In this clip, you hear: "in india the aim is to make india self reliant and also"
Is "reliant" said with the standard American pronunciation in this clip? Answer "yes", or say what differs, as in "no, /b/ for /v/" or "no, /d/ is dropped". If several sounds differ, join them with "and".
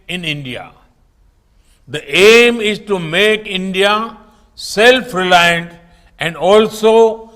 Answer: yes